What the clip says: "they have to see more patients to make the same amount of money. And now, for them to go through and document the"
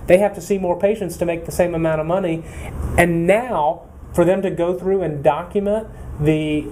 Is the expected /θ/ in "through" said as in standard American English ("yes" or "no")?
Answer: yes